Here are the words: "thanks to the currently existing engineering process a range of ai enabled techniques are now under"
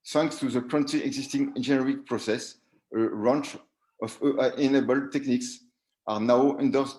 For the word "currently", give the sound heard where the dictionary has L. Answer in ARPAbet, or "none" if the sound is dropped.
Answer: none